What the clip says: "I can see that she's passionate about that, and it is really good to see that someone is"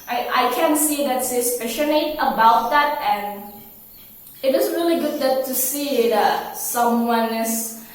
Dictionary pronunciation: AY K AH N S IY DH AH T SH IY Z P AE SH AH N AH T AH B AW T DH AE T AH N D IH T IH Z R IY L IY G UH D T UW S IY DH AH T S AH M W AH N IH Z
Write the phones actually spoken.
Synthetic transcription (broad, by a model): AY K AH N S IY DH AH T S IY S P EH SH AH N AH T AH B AW T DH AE T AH N IH T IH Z R IY L IY G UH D T UW S IY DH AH T S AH M W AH N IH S